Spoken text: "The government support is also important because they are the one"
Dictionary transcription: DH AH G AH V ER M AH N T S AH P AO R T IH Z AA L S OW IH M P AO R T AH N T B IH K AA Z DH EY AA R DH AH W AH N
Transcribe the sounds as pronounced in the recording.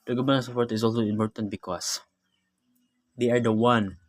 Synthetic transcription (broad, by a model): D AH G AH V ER AH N S AH P AO R T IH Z AA L S OW IH M P AO R T AH N T B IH K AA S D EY AA R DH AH W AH N